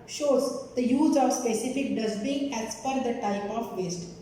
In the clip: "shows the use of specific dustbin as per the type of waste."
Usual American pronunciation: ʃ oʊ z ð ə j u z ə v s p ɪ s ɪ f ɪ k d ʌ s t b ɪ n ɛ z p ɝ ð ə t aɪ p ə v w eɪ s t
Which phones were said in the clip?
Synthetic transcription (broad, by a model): ʃ oʊ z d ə j u z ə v s p ɪ s ɪ f ɪ k d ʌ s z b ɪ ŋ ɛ s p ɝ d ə t aɪ p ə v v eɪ s t